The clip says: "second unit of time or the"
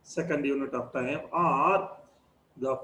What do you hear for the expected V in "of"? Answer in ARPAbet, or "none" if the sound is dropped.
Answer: P